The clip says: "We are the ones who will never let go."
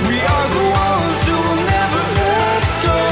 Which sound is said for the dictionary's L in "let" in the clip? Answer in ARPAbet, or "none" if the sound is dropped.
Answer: W